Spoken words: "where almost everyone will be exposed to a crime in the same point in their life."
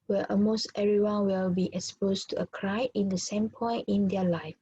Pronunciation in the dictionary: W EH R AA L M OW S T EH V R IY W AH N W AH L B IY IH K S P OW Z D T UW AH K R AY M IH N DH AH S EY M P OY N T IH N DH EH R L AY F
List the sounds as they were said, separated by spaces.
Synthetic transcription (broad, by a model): W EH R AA M OW S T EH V R IY W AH N W AH L B IY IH K S P OW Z T UW AH K R AY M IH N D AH S EY M P OY N T IH N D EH L AY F